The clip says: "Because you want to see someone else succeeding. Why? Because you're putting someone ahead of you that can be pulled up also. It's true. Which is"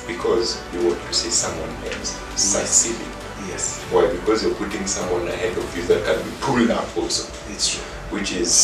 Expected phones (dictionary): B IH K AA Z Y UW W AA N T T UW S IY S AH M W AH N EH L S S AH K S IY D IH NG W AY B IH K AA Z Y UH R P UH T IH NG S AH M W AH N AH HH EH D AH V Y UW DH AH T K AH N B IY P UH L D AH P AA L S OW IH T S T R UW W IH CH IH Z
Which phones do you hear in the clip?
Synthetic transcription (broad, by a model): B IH K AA Z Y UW W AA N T T UW S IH S AH M W AH N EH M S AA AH S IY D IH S W AY B IH K AA Z Y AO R P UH T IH NG S AH M W AH N AH HH EH D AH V Y UW DH AH T K AH N B IY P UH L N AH F AA L S OW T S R W IH CH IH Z